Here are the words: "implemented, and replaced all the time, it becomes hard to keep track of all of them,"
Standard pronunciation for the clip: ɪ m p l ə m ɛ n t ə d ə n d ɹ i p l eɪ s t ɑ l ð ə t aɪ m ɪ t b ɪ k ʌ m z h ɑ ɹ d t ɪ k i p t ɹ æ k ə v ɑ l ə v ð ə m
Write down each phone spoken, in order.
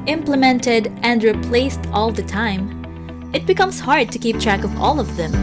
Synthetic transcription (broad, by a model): ɪ m p l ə m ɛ n t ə d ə n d ɹ i p l eɪ s t ɑ l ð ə t aɪ m ɪ t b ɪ k ʌ m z h ɑ ɹ d t ɪ k i p t ɹ æ k ə v ɑ l ə v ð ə m